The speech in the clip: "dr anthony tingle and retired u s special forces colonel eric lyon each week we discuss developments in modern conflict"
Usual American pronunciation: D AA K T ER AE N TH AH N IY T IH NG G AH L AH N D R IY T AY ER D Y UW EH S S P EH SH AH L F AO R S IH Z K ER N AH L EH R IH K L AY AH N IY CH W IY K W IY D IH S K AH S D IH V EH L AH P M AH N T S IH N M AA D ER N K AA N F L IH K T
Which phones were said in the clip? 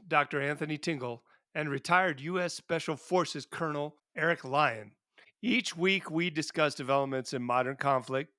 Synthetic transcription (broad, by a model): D AA K T ER AE N TH AH N IY T IH NG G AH L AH N R IY T AY ER D Y UW EH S S P EH SH L F AO R S IH Z K ER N L EH R IH K L AY AH N IY CH W IY K W IY D IH S K AH S D IH V EH L AH P M AH N T S IH N M AA D ER N K AA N F L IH K T